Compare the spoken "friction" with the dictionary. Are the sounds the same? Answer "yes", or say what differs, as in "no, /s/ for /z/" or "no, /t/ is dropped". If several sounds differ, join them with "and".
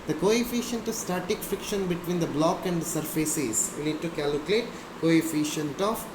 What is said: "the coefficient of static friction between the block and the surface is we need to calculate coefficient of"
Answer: no, /ɹ/ is dropped